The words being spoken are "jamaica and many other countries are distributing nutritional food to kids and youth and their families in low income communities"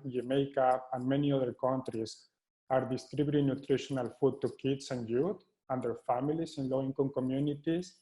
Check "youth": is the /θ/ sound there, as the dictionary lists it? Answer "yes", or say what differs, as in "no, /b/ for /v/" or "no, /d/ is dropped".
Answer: no, /t/ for /θ/